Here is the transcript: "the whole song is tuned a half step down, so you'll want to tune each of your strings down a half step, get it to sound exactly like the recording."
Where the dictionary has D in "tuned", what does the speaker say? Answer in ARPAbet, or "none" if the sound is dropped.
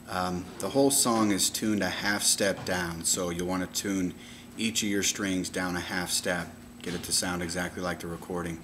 D